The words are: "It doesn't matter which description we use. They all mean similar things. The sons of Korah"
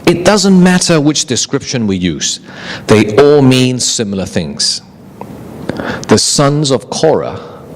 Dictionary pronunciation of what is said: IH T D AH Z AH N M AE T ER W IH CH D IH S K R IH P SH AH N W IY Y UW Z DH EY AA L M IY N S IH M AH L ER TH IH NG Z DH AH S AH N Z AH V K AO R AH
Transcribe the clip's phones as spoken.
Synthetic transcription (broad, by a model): IH T D AH Z AH N M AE T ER W IH CH D IH S K R IH P SH AH N W IY Y UW Z DH EY AA L M IY N S IH M L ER TH IH NG Z DH AH S AH N Z AH V K AO R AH